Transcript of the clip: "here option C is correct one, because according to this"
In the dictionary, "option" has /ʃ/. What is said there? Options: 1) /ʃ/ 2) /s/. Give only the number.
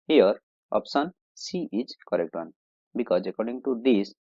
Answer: 2